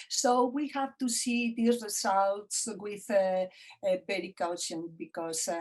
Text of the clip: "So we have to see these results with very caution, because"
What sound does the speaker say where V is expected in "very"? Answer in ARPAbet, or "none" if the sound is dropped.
P